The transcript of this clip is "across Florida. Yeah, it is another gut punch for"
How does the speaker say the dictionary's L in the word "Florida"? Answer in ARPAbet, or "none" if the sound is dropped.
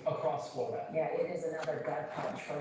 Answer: none